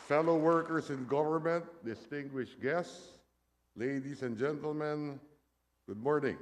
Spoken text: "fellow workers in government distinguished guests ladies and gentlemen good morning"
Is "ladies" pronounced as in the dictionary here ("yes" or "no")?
no